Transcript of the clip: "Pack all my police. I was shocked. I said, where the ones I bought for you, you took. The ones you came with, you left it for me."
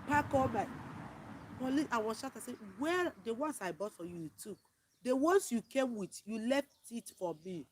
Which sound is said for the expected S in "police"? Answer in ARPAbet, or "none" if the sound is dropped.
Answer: none